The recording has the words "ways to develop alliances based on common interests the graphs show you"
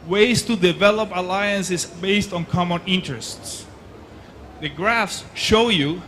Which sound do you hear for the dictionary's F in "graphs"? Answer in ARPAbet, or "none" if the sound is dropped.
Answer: F